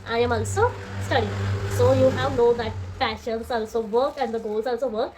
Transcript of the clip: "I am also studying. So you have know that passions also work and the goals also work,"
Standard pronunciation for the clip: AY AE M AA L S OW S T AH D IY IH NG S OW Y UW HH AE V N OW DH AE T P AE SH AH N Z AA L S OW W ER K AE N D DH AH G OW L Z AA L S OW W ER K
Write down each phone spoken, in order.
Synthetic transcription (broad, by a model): AY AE M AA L S OW S T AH D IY S OW Y UW HH AE V N OW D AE T F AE SH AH N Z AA L S OW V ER K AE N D AH G OW L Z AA L S OW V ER K